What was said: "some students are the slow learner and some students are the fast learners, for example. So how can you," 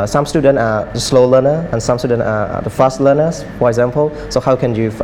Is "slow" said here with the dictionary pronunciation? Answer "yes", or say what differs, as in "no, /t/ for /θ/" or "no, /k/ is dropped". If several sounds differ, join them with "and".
yes